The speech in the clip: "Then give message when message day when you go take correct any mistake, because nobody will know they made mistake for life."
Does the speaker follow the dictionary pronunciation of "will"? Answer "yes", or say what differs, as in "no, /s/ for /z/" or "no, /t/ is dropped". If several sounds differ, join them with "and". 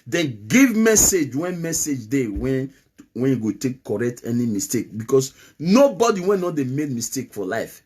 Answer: no, /n/ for /l/